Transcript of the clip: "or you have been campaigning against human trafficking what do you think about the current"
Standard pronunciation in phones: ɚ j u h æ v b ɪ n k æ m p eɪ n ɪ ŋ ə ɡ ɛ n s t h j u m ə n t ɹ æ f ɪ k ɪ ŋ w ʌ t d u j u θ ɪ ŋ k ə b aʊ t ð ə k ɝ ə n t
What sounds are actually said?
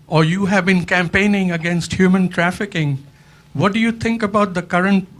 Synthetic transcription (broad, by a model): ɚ j u h æ v b ɪ n k æ m p eɪ n ɪ ŋ ə ɡ ɛ n s t h j u m ə n t ɹ æ f ɪ k ɪ ŋ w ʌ t d u j u t ɪ ŋ k ə b aʊ t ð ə k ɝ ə n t